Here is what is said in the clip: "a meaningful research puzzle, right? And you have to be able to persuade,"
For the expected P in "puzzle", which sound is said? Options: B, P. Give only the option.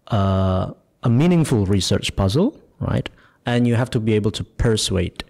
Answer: P